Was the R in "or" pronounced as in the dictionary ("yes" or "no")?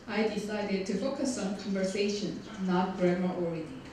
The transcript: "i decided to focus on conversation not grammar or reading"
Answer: no